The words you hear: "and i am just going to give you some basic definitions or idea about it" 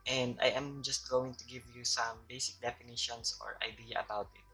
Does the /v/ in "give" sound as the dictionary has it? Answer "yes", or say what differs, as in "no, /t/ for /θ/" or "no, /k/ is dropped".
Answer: yes